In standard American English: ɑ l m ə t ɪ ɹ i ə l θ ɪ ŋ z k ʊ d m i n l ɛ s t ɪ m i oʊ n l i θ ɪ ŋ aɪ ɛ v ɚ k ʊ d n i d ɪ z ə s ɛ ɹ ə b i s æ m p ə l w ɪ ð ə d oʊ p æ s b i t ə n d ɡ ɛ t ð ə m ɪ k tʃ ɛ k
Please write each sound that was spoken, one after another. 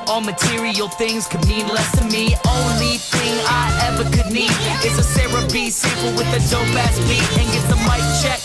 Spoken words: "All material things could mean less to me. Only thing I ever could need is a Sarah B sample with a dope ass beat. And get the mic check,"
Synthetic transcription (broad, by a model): ɑ l m ə t ɪ ɹ i ə l θ ɪ ŋ z k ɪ d m i n l ɛ s t ɪ m i oʊ n l i θ ɪ ŋ aɪ ɛ v ɚ k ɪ d n i d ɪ s ə s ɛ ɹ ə b i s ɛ p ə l w ɪ ð ə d oʊ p æ s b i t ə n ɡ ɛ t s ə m ɪ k tʃ ɛ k